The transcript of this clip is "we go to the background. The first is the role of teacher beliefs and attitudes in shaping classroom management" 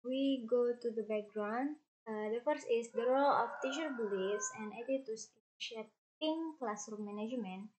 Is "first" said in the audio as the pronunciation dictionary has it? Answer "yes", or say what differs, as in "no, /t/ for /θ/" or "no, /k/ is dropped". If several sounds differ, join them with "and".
no, /t/ is dropped